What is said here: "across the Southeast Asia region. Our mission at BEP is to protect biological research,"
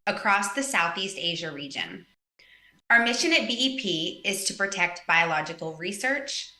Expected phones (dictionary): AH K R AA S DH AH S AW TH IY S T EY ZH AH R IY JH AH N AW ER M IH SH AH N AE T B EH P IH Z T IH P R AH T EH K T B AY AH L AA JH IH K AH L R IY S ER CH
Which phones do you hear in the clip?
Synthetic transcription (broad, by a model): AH K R AA S DH AH S AW TH IY S T EY ZH AH R IY JH AH N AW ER M IH SH AH N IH T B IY P IH Z T IH P R AH T EH K T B AY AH L AA JH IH K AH L R IY S ER CH